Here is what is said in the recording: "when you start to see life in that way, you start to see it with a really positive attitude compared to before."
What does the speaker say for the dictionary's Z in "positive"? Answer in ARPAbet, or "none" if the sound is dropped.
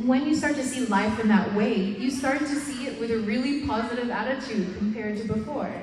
Z